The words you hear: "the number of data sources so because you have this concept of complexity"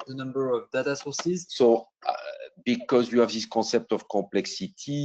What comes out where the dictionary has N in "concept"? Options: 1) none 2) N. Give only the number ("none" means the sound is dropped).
1